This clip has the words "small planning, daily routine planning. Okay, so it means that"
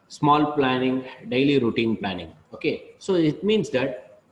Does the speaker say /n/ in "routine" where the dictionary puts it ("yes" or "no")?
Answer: yes